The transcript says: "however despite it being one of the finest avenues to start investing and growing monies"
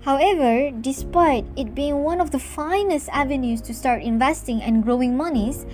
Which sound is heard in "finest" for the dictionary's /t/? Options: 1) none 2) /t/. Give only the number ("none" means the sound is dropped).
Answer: 2